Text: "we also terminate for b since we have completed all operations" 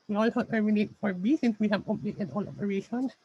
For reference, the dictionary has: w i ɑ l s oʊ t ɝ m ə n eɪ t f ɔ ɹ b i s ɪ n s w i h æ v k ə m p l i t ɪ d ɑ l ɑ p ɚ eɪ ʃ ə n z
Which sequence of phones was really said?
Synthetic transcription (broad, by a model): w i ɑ l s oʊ t ɝ m ə n eɪ t f ɔ ɹ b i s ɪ n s w i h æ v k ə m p i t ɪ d ɑ l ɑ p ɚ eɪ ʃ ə n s